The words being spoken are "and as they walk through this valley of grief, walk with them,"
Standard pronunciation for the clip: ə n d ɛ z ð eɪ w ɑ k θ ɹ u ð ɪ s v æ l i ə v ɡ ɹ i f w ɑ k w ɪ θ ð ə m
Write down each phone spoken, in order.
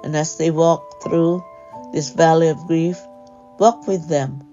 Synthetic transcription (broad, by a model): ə n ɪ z ð eɪ w ɑ k θ ɹ u ð ɪ s v æ l i ə v ɡ ɹ i f w ɑ k w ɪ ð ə m